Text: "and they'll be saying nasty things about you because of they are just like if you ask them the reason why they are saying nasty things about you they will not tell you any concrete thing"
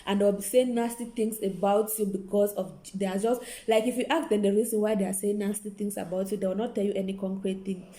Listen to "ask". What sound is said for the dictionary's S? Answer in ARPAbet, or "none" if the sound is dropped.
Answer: none